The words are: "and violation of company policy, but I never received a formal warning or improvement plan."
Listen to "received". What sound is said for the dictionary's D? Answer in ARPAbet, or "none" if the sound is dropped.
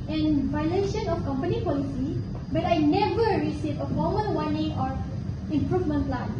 none